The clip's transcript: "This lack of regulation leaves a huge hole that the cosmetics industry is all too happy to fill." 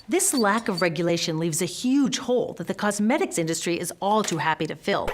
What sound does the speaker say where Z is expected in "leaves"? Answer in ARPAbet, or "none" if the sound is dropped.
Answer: Z